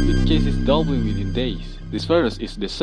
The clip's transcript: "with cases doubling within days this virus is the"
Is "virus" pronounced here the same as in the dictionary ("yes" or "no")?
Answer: no